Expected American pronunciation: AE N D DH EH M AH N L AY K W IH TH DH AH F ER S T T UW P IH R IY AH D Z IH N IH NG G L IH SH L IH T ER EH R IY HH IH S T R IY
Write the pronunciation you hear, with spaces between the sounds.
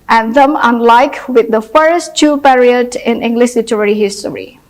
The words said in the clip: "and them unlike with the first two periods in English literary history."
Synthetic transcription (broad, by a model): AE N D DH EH M AH N L AY K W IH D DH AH F ER S T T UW P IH R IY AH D IH N IH NG G L IH SH L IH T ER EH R IY HH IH S T R IY